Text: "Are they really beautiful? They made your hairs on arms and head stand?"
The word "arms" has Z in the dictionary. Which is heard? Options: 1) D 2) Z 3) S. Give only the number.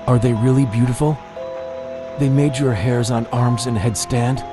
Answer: 2